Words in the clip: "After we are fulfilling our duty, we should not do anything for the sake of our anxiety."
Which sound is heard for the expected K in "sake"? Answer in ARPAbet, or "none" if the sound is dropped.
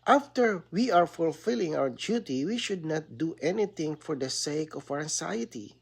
none